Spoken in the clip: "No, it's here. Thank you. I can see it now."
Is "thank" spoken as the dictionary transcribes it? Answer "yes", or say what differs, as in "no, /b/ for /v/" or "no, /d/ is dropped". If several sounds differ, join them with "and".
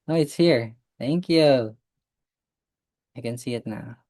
yes